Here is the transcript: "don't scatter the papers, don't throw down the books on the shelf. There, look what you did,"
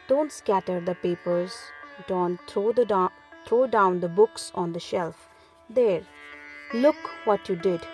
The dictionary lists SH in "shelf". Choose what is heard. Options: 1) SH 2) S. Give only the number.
1